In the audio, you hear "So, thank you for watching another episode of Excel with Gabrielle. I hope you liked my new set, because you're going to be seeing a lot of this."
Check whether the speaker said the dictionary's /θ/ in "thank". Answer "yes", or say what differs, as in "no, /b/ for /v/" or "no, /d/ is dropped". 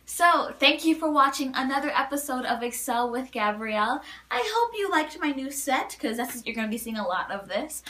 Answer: yes